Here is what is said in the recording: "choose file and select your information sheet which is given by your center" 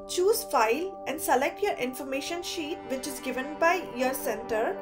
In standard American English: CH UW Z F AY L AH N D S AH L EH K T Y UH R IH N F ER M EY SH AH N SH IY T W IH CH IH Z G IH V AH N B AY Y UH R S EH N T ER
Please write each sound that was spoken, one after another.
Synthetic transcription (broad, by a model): CH UW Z F AY L AH N D S AH L EH K T Y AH R IH N F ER M EY SH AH N SH IY T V IH CH IH Z G IH V AH N B AY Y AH R S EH N T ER